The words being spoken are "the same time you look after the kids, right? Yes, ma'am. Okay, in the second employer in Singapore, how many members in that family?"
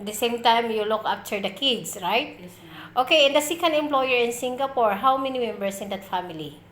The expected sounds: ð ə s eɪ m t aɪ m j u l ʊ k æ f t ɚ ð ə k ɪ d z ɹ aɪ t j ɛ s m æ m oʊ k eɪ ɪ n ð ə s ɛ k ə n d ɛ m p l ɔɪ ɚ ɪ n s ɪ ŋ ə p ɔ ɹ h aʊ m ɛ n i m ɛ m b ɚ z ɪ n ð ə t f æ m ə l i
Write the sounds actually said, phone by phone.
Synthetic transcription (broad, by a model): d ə s eɪ m t aɪ m j u l ʊ k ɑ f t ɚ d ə k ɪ d s ɹ aɪ t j oʊ k eɪ ɪ n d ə s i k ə n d ɛ m p l ɔɪ ɚ ɪ n s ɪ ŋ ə p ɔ ɹ h aʊ m ɛ n i m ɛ m b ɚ s ɪ n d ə t f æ m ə l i